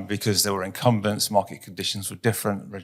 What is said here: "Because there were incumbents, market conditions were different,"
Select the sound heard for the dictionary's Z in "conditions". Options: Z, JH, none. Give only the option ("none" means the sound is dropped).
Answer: Z